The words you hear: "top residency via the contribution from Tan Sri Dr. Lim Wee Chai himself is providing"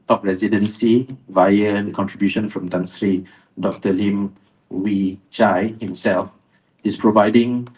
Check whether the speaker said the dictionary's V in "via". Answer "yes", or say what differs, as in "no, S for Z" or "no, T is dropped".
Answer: yes